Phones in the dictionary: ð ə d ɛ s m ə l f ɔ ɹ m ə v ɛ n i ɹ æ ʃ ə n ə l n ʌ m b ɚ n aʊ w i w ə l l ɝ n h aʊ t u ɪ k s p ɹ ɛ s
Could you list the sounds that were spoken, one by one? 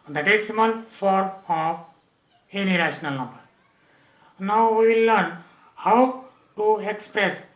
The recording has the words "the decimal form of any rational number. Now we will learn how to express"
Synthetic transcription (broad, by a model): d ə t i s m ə n f ɔ ɹ m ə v ɛ n i ɹ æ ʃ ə n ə l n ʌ m b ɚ n aʊ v i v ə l l ɝ n h aʊ t u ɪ k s p ɹ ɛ s